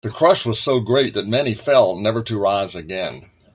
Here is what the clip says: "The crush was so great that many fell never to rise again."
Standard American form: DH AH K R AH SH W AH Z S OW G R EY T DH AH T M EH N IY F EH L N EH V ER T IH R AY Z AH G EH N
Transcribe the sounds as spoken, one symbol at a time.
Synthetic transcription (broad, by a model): DH AH K R AH SH W AH Z S OW G R EY T DH AH T M EH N IY F EH L N EH V ER T IH R AY Z AH G EH N